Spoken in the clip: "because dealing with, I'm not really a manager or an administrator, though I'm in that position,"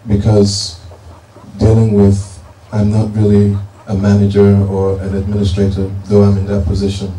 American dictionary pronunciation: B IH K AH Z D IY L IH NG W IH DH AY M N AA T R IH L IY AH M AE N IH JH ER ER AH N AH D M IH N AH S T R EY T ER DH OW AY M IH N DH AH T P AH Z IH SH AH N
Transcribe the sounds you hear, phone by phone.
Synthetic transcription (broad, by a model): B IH K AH Z D IY L IH NG W IH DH AY M N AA T R IH L IY AH M AE N IH JH ER ER AH N AH D M IH N AH S T R EY T ER DH OW AY M IH N DH AH T P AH Z IH SH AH N